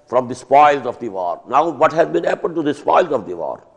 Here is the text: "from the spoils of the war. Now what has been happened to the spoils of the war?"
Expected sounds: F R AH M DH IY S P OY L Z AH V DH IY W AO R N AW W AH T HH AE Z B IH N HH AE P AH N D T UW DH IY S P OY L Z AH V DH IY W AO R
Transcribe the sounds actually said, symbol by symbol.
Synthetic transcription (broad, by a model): F R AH M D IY S P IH L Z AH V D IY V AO R N AW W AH T HH AE Z B IH N HH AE P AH N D T UW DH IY S P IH L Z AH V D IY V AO R